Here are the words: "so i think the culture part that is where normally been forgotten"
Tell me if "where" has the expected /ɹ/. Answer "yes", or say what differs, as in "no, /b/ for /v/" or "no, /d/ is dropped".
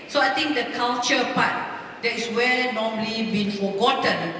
no, /l/ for /ɹ/